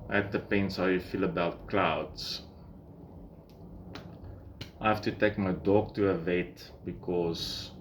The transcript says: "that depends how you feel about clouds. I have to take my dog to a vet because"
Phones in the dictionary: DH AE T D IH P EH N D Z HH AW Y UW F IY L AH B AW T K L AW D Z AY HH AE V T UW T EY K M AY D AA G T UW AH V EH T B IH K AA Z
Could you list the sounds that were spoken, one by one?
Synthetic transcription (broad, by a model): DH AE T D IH P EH N D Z HH AW Y UW F IY L AH B AW T K L AW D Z AY HH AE F T UW T EY K M AY D AA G T UW AH V EH T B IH K AA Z